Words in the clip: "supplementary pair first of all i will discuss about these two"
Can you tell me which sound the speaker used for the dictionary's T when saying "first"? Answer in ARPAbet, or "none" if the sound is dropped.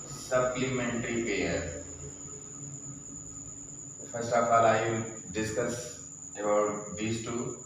none